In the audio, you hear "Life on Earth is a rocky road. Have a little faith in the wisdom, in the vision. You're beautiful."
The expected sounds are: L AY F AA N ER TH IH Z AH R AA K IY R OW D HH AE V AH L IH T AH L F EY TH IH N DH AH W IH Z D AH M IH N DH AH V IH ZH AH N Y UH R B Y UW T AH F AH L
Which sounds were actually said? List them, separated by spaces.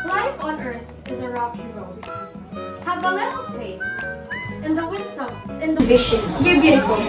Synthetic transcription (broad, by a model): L AY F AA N ER TH IH Z AH R AA K IY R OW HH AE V AH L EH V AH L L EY S IH N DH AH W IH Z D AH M IH N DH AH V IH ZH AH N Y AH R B Y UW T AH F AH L